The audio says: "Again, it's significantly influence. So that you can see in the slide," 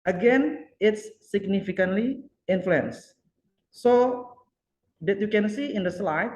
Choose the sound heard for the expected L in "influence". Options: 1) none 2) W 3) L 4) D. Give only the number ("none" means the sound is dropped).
3